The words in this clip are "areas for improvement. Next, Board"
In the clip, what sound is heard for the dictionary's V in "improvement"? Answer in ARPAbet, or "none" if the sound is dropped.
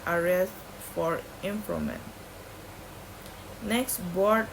none